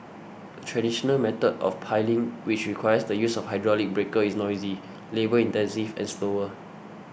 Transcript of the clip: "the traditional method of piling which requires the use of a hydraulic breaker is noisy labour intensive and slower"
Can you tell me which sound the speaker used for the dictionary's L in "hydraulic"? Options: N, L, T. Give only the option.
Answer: L